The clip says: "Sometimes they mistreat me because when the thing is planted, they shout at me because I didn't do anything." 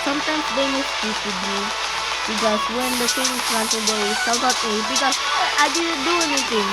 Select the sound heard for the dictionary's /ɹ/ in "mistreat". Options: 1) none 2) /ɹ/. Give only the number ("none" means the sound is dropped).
1